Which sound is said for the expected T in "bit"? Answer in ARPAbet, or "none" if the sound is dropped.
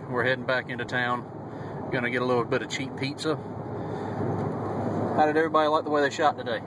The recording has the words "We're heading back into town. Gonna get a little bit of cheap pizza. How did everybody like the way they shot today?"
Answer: T